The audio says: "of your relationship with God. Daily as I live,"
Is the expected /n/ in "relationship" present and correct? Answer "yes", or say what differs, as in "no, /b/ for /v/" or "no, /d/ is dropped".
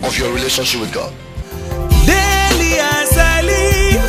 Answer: yes